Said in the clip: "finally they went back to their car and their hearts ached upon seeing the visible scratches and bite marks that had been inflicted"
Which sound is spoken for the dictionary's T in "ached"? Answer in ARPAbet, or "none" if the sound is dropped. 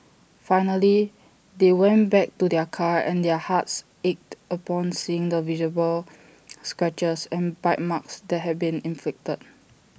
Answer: T